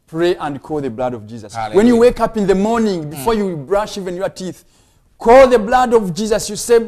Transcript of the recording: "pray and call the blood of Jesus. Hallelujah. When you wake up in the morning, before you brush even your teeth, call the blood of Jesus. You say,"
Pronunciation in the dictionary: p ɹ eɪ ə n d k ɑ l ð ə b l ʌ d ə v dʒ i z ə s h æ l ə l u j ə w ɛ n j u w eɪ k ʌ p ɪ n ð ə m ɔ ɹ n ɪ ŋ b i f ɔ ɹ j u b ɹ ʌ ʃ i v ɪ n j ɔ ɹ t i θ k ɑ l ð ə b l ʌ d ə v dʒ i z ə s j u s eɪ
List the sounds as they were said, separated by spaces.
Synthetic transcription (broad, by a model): p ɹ eɪ ə n d k ɑ l ð ə b l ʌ d ə v dʒ i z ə s w ɛ n j u w eɪ k ʌ p ɪ n ð ə m ɔ ɹ n ɪ ŋ b i f ɔ ɹ j u b ɹ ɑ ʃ i v ɪ n j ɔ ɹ t i θ k ɑ l ð ə b l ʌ d ə v dʒ i z ə s j u s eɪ